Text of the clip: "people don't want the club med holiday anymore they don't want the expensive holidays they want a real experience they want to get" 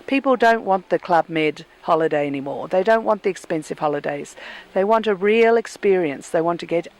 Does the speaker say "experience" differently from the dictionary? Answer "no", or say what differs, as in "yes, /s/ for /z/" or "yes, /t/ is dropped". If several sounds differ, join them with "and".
no